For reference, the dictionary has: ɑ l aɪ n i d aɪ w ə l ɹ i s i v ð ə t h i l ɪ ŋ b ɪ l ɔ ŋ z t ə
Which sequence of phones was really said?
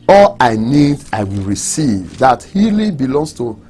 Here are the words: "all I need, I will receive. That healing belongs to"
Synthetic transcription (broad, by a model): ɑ l aɪ n i d aɪ w ə l ɹ i s i v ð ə t h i l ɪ b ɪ l ɔ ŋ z t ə